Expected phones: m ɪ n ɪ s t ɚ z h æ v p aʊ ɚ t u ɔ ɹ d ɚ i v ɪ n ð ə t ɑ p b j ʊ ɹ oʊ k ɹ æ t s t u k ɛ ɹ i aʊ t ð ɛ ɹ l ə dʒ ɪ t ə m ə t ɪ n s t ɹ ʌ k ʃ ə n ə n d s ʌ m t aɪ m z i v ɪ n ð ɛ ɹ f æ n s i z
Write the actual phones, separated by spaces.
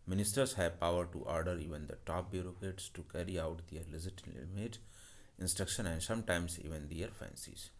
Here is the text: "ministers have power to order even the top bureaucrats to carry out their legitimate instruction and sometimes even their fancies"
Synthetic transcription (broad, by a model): m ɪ n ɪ s t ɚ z h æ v p aʊ ɚ t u ɔ ɹ d ɚ i v ɪ n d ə t ɑ p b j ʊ ɹ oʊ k ɛ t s t u k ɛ ɹ i aʊ t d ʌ ɹ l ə z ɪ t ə m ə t ɪ n s t ɹ ʌ k ʃ ə n ə n d s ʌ m t aɪ m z i v ɪ n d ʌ ɹ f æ n s i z